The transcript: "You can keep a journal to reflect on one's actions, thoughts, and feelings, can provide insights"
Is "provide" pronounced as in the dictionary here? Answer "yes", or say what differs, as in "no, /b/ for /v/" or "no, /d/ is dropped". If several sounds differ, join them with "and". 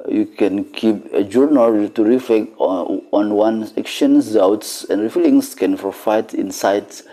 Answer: no, /f/ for /v/